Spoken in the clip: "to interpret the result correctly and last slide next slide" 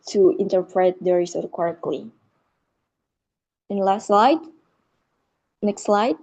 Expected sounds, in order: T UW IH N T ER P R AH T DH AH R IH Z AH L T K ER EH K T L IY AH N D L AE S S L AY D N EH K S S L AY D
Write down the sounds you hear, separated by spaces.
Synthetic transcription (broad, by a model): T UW IH N T ER P R AH T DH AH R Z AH T K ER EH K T L IY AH N L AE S S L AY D N EH K S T L AY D